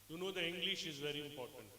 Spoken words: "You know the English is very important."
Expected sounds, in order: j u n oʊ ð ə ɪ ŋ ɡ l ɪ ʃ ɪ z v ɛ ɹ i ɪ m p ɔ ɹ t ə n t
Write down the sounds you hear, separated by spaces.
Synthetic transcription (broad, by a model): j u n oʊ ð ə ɪ ŋ ɡ l ɪ ʃ ɪ z v ɛ ɹ i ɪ m p ɔ ɹ t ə n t